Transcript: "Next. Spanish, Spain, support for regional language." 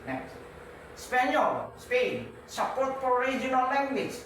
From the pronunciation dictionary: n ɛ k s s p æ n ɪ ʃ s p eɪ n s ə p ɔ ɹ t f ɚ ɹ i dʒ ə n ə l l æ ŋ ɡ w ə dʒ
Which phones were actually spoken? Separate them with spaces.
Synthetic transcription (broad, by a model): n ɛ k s s p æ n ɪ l s p eɪ n s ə p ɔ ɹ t p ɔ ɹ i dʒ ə n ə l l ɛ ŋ ɡ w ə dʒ